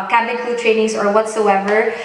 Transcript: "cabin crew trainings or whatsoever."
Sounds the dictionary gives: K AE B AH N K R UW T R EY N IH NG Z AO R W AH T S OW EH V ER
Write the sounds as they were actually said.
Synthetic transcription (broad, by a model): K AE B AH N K L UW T R EY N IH NG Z AO R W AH T S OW EH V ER